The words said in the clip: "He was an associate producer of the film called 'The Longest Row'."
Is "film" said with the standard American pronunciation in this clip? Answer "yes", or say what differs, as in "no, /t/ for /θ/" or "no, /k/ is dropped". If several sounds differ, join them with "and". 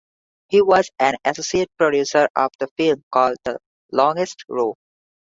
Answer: yes